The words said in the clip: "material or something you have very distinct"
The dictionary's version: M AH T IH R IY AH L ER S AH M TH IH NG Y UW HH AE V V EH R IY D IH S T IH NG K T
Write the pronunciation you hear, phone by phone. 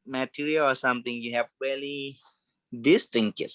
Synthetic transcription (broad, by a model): M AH T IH R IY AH L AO S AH M T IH NG Y UW HH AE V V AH L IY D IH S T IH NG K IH